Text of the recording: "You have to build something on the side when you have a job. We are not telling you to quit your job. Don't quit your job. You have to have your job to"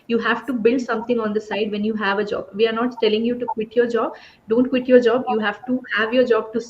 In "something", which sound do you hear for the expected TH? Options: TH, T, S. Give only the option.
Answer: T